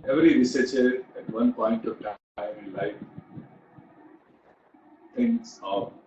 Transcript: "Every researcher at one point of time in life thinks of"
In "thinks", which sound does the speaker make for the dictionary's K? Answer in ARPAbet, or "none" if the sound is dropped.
none